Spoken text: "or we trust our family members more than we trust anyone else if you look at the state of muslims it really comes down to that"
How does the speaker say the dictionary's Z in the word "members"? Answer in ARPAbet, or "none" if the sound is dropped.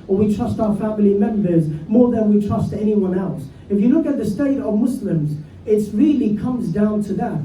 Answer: Z